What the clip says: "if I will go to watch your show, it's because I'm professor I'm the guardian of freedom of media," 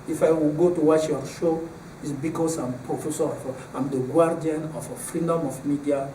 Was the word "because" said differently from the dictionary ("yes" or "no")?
yes